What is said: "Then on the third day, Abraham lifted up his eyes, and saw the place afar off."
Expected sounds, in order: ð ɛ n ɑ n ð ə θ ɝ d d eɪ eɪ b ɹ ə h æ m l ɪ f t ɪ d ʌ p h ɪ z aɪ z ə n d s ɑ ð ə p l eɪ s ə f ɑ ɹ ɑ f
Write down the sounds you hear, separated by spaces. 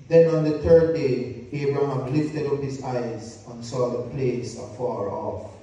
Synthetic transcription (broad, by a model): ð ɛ n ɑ n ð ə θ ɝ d d eɪ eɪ b ɹ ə h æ m l ɪ f t ɪ d ʌ p h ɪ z aɪ z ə n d s ɑ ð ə p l eɪ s ə f ɑ ɹ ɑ f